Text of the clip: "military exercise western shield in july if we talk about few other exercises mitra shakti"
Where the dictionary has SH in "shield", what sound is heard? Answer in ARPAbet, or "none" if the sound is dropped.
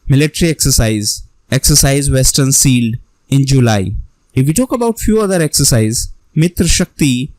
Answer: S